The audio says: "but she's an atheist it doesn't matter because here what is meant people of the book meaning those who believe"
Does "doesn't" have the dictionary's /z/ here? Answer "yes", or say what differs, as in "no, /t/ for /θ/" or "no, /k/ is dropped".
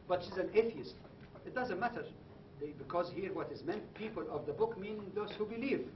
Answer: yes